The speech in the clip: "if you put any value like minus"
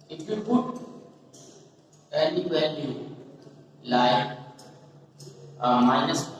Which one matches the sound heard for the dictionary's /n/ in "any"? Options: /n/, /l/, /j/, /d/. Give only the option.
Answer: /l/